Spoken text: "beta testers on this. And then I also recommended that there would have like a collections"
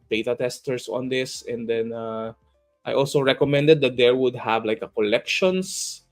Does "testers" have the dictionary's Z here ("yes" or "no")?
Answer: no